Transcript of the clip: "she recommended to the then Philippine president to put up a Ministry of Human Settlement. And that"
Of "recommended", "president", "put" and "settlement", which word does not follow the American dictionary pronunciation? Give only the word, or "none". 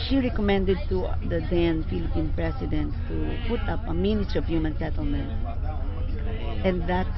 president